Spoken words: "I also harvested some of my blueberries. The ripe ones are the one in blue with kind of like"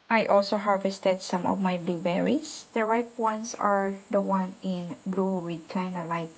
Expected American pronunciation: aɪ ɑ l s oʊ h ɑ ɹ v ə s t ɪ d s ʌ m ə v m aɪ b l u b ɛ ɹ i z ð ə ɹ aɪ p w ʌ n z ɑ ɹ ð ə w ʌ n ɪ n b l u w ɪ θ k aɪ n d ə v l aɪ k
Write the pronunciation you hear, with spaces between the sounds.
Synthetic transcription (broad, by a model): aɪ ɑ l s oʊ h ɑ ɹ v ə s t ɪ d s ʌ m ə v m aɪ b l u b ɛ ɹ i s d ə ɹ aɪ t w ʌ n s ɑ ɹ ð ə w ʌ n ɪ n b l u w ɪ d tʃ aɪ n ə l aɪ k